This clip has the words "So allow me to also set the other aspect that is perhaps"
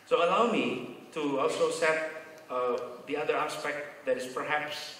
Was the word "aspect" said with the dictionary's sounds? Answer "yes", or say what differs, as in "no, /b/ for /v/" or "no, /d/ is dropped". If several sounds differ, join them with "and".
yes